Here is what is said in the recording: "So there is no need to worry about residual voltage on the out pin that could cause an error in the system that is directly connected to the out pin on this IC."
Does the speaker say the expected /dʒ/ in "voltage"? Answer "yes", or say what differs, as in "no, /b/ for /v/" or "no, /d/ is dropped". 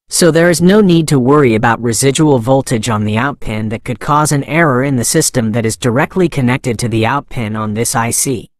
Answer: yes